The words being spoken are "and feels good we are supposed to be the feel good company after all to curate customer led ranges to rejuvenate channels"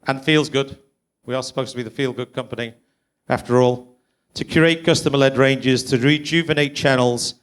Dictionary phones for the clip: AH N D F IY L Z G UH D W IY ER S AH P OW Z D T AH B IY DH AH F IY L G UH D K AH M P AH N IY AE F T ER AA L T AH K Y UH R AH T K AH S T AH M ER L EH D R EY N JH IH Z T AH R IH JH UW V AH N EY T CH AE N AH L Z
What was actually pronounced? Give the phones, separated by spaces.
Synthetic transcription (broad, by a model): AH N F IY L Z G UH D W IY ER S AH P OW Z T AH B IY DH AH F IY L G UH D K AH M P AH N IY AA F T ER AA L T AH K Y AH R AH T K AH S T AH M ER L EH D R EY N JH IH Z T AH R IH JH UW V AH N EY T CH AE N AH L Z